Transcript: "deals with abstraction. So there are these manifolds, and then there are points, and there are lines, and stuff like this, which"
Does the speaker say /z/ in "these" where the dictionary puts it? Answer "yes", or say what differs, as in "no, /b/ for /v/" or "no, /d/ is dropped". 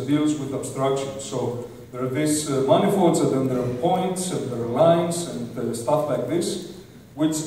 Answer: no, /s/ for /z/